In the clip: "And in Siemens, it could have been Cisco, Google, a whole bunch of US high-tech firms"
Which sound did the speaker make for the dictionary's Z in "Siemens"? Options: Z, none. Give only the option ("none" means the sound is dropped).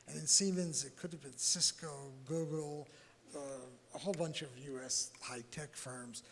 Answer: Z